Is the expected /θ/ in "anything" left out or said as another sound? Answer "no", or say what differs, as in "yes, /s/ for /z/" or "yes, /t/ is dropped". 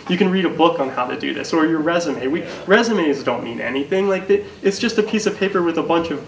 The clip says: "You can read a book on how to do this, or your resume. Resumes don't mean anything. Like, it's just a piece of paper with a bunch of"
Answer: no